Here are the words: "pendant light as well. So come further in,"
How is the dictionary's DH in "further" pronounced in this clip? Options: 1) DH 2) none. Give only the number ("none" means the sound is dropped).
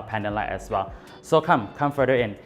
2